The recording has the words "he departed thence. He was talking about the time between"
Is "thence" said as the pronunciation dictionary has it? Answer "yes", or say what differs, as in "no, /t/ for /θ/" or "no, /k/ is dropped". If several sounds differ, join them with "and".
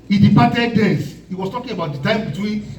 no, /n/ is dropped